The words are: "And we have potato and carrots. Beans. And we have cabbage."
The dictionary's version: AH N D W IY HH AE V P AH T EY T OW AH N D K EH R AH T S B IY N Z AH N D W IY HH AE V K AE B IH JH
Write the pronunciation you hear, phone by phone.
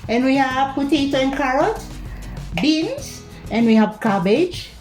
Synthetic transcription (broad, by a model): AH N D W IY HH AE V P AH T EY T OW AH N K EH R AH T B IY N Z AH N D W IY HH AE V K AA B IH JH